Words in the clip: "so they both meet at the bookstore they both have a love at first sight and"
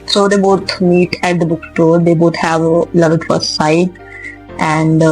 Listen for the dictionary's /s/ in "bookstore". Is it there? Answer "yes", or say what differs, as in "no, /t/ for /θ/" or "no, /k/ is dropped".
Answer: no, /s/ is dropped